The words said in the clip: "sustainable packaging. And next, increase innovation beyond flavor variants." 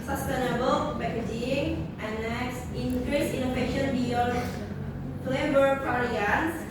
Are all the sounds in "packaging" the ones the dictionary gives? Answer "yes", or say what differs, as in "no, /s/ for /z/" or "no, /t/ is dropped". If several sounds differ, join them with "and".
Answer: no, /b/ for /p/